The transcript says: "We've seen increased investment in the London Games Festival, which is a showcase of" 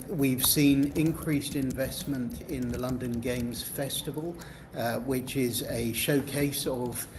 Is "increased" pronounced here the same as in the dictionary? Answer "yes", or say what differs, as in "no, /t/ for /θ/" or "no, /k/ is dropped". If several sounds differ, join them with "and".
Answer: yes